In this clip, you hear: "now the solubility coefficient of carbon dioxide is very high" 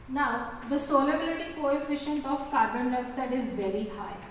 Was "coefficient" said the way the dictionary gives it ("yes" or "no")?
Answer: yes